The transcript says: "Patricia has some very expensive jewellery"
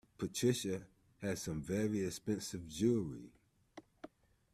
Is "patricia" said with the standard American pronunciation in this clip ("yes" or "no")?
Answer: yes